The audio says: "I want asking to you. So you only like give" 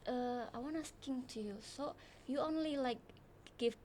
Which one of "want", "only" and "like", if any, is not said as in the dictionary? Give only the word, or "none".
want